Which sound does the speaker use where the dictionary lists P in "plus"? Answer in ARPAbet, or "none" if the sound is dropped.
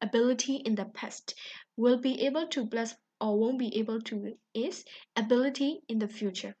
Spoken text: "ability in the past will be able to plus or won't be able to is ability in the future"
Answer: B